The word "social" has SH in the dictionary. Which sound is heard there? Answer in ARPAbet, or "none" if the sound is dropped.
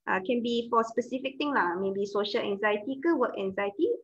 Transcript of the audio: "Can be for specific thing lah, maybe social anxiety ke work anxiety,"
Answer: SH